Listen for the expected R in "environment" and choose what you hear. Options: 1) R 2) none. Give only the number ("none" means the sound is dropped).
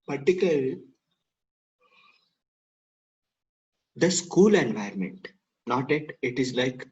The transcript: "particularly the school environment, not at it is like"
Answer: 2